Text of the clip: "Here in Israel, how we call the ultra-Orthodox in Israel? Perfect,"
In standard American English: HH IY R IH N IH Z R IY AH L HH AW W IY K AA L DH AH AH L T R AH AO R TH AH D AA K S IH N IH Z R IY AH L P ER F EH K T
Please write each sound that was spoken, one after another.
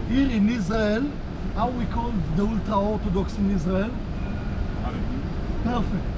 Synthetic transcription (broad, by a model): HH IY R IH N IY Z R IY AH L HH AW W IY K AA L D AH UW L T R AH AO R T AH D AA K S IH N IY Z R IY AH L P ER F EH K T